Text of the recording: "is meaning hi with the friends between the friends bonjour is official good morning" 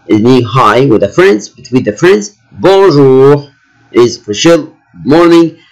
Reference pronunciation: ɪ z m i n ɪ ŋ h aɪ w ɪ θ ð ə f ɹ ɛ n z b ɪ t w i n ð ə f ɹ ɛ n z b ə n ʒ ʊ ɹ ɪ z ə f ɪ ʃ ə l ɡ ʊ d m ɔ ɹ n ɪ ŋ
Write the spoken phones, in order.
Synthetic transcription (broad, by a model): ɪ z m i ɪ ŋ h aɪ w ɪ ð ə f ɹ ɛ n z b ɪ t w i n ð ə f ɹ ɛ n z b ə ʒ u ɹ ɪ z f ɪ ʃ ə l m ɔ ɹ n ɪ ŋ